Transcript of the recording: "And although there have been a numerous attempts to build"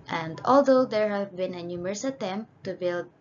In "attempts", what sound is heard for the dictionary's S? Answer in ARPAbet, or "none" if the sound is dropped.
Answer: none